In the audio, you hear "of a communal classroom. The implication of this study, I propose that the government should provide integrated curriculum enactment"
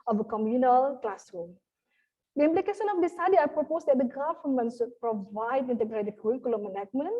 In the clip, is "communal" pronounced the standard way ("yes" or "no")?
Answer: yes